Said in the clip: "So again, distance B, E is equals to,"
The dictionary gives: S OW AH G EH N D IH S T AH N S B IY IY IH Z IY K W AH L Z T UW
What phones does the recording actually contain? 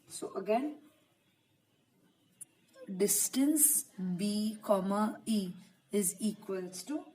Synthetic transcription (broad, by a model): S OW AH G EH N D IH S T AH N S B IY IY IH Z IY K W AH L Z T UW